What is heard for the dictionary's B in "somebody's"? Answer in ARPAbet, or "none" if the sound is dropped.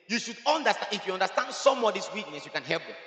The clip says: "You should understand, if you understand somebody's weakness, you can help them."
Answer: none